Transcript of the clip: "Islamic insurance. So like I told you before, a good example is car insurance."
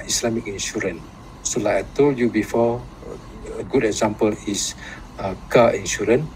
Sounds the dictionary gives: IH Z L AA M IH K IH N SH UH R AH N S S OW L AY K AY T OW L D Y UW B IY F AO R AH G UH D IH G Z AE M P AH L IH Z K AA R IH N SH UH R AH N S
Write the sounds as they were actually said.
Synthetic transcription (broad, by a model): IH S L AA M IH K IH N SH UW R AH N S S OW L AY AY T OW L Y UW B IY F AO AH G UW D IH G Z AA M P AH L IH S K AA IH N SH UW R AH N